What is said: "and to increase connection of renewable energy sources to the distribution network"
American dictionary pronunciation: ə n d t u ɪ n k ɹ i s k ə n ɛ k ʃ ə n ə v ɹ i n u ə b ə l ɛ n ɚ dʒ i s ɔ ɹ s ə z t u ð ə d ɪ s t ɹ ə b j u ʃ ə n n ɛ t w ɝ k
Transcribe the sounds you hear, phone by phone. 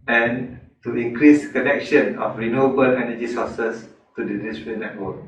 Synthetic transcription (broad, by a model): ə n t u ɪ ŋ k ɹ i s k ə n ɛ k ʃ ə n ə f ɹ i n u ə b ə l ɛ n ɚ dʒ i s ɔ s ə s t u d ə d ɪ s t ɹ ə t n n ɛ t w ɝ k